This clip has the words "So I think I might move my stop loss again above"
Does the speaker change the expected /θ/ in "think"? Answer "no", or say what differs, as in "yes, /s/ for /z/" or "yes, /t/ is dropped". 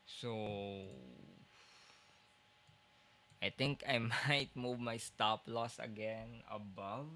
yes, /t/ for /θ/